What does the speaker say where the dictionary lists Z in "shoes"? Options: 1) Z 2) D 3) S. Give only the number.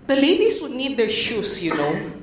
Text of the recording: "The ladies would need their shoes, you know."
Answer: 3